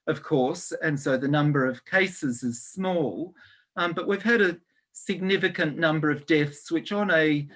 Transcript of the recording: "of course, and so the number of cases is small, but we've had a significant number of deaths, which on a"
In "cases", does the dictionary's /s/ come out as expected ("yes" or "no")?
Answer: yes